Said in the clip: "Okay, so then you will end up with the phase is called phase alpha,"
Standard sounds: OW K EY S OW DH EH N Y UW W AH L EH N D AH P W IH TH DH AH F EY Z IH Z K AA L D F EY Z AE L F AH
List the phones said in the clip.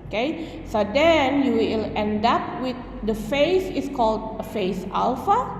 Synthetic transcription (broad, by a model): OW K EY S OW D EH N Y UW W AH L EH N D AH P W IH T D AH F EY S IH S K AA L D F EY S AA L F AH